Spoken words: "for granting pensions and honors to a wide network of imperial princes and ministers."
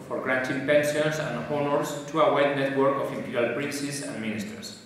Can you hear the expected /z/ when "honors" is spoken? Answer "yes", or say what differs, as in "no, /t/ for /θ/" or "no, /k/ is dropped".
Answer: no, /s/ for /z/